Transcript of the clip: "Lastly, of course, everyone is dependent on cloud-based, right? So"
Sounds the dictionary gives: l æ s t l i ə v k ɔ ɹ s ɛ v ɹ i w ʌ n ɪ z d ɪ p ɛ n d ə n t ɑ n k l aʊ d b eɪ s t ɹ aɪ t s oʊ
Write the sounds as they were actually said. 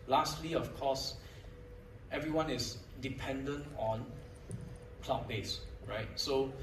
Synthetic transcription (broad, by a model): l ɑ s t l i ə f k ɔ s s ɛ v ɹ i w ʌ n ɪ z d ɪ p ɛ n d ə n t ɑ n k l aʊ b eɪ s ɹ aɪ t s oʊ